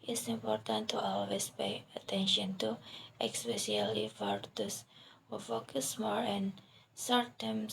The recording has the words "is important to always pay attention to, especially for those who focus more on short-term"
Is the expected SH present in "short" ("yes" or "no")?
no